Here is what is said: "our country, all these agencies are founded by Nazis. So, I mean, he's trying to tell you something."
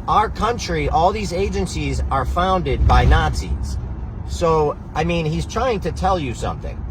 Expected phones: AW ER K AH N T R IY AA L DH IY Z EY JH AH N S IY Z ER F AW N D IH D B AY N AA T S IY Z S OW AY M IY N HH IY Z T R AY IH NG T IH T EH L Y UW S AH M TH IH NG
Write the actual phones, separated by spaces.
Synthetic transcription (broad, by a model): AW ER K AH N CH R IY AA L DH IY Z EY JH AH N S IY Z ER F AW N D IH D B AY N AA T S IY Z S OW AY M IY N HH IY Z T R AY IH NG T IH T EH L Y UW S AH M TH IH NG